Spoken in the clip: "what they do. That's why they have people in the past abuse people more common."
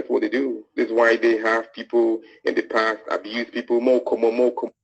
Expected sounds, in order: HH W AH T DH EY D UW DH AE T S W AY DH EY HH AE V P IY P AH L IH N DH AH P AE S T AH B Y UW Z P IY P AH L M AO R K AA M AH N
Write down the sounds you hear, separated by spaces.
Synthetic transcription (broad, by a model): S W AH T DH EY D UW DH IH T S W AY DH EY HH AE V P IY P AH L IH N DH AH P AE S T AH B Y UW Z P IY P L M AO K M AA M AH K